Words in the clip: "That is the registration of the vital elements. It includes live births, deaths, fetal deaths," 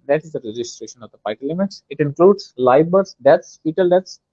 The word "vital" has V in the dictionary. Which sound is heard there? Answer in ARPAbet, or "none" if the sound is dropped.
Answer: P